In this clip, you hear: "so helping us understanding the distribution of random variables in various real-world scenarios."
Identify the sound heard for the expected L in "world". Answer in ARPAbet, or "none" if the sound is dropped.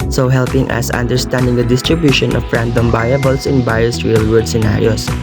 none